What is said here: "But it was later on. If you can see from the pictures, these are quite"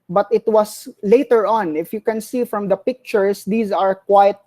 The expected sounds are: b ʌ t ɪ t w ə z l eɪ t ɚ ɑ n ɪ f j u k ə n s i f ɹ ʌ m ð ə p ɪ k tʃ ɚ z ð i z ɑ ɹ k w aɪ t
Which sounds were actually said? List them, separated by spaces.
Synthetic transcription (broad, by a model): b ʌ t ɪ t w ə s l eɪ t ɚ ɑ n ɪ f j u k ə n s i f ɹ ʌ m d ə p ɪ k tʃ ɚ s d i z ɑ ɹ k w aɪ t